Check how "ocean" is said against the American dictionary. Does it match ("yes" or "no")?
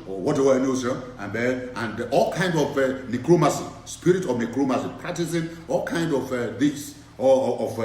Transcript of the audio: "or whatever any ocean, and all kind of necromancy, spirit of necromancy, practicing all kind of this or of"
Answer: no